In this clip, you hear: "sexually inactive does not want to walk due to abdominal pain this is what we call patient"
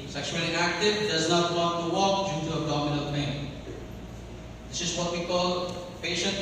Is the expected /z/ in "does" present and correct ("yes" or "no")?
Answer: yes